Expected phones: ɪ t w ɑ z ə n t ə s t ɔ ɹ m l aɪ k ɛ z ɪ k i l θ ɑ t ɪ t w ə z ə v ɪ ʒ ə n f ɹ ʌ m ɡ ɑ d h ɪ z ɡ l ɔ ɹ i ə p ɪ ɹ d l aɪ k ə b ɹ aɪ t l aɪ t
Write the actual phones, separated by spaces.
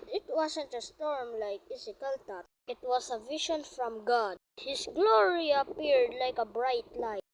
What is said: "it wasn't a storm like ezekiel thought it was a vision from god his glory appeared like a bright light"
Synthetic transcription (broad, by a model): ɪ t w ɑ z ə n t ə s t ɔ ɹ m l aɪ k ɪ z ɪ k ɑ l t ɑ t ɪ t w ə s ə v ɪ ʃ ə n f ɹ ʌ m ɡ ɑ d h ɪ s ɡ l ɔ ɹ i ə p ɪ ɹ d l aɪ k ə b ɹ aɪ t l aɪ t